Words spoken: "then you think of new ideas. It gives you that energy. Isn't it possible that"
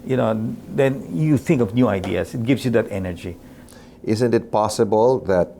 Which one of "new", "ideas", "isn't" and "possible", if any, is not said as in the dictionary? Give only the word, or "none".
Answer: ideas